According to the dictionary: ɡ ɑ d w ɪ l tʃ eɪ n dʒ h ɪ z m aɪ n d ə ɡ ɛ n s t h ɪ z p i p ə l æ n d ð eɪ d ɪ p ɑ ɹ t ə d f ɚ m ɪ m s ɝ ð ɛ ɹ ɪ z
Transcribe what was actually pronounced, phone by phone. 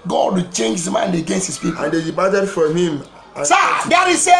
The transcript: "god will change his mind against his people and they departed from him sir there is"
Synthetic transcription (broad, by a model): ɡ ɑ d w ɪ tʃ eɪ n dʒ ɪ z m aɪ n d ə ɡ ɛ n s t h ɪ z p i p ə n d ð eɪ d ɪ b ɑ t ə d f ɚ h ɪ m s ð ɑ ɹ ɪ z